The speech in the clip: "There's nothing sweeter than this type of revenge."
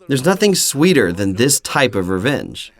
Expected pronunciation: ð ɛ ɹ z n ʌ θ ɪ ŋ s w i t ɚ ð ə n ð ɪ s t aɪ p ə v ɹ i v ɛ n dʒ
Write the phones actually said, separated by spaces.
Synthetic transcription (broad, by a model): ð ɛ ɹ z n ʌ θ ɪ ŋ s w i t ɚ ð ə n ð ɪ s t aɪ p ə v ɹ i v ɛ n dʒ